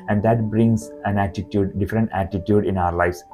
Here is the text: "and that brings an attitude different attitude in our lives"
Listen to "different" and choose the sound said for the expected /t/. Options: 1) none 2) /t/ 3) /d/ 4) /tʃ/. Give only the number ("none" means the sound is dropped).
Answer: 2